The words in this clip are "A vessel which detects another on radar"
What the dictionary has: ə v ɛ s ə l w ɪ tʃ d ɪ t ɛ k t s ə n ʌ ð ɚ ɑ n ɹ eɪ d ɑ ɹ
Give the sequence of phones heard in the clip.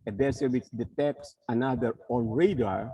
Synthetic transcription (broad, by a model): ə b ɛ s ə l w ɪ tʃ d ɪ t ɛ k s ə n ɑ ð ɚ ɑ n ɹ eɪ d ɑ ɹ